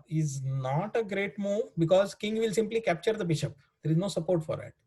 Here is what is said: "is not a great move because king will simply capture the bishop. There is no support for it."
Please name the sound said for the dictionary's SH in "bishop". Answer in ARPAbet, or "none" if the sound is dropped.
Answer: SH